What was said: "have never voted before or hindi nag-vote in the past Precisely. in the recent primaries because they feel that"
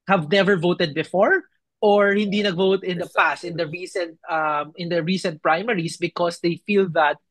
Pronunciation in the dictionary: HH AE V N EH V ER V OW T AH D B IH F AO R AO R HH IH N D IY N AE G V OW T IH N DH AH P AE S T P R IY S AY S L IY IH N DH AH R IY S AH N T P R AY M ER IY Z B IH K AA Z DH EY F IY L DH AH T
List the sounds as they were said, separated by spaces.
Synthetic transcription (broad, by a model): HH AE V N EH V ER V OW T AH D B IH F AO R AO R HH IH N D IY N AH G V OW T IH N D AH P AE S T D R IY S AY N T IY IH N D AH R IY S AH N T P R AY M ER IY S B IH K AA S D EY F IY L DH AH T